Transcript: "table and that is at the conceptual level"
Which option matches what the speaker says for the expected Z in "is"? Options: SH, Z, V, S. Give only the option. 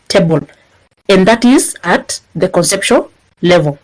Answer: Z